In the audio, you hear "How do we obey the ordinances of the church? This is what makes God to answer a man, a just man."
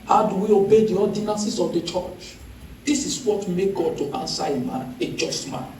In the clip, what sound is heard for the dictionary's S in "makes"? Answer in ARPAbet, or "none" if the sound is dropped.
none